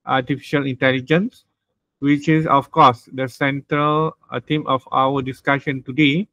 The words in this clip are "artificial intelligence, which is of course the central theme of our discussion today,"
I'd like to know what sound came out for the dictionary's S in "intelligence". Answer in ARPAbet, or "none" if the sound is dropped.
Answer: S